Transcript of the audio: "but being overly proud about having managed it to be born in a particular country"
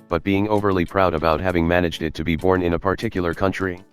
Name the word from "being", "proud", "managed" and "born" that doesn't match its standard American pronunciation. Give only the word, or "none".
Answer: none